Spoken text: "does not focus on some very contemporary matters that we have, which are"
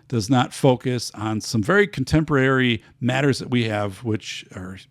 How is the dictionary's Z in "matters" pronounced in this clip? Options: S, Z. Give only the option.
Z